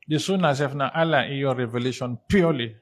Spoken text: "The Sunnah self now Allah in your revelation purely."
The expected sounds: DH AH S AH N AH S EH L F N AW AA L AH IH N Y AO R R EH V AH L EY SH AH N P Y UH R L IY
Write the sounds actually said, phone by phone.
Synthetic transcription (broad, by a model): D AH S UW N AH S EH F N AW AA L AH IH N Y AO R R EH V AH L EY SH AH N P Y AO L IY